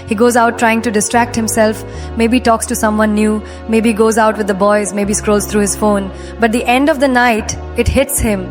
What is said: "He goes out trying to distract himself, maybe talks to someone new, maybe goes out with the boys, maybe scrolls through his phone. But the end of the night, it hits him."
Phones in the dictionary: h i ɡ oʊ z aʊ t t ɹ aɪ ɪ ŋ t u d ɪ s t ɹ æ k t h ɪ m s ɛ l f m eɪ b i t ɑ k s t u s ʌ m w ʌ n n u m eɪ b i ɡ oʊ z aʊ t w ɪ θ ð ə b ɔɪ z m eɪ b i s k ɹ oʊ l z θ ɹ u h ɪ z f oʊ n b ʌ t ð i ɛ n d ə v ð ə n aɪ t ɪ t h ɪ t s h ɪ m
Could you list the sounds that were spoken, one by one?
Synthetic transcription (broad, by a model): h i ɡ oʊ z aʊ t t ɹ aɪ ɪ ŋ t u d ɪ s t ɹ æ k t h ɪ m s ɛ l f m eɪ b i t ɑ k s t u s ʌ m w ʌ n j u m eɪ b i ɡ oʊ z aʊ t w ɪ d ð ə b ɔɪ z m eɪ b i s k ɹ oʊ l z t ɹ u h ɪ z f oʊ n b ʌ t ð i ɛ n d ə v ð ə n aɪ t ɪ t h ɪ t s h ɪ m